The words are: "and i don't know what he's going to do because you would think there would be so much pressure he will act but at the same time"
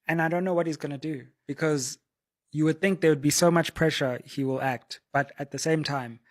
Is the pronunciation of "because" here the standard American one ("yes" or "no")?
yes